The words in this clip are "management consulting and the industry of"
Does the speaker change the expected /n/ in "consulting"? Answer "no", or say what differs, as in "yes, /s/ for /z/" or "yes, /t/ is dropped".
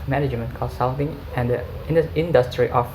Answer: yes, /n/ is dropped